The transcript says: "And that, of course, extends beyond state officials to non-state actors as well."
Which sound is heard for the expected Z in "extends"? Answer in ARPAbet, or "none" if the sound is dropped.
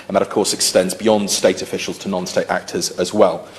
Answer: Z